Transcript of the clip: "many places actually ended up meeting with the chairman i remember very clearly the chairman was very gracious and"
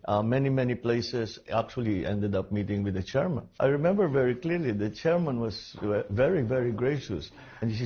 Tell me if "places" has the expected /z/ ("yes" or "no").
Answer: no